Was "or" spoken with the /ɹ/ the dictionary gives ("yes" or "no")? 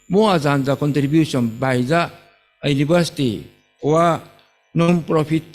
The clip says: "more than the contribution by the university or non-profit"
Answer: no